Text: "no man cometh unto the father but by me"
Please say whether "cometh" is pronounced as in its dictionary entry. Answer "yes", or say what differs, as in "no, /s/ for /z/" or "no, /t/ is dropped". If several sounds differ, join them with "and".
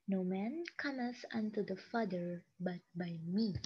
no, /s/ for /θ/